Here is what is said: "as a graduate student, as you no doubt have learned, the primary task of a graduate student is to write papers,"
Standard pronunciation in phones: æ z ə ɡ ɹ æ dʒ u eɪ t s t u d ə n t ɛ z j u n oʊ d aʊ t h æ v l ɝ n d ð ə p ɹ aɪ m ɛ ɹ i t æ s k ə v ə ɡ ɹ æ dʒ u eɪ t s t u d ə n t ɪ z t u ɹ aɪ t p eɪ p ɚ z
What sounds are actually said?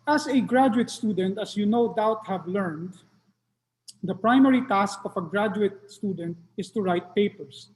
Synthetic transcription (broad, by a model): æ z ə ɡ ɹ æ dʒ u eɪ t s t u d ə n t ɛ s j u n oʊ d aʊ t h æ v l ɝ n d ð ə p ɹ aɪ m ɛ ɹ i t æ s k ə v ə ɡ ɹ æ dʒ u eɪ t s t u d ə n t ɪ s t u ɹ aɪ t p eɪ p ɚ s